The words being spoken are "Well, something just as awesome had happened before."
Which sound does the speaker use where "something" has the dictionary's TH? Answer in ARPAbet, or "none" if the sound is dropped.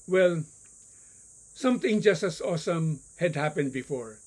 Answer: T